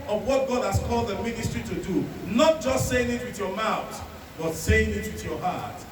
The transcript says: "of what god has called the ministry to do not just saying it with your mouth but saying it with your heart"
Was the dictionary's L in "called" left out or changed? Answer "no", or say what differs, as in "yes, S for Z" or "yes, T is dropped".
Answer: no